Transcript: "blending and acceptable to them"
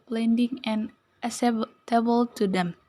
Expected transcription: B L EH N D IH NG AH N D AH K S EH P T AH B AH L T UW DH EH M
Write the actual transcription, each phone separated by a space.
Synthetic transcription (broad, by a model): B L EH N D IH NG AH N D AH S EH T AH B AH L T UW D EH M